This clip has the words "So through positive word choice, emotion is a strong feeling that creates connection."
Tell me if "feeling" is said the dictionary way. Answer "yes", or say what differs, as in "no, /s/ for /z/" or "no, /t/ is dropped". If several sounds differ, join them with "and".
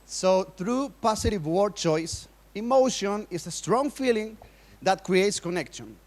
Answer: yes